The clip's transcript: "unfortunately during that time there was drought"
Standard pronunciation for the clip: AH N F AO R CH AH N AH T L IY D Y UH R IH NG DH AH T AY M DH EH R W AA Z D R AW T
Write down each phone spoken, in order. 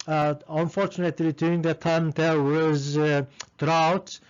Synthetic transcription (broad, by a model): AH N F AO R CH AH N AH T L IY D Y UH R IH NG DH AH T AY M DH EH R W AA Z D R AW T